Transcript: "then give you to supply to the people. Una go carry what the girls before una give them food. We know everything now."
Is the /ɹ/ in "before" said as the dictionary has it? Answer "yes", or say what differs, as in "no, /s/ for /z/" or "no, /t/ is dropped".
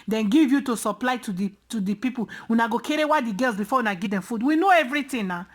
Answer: no, /w/ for /ɹ/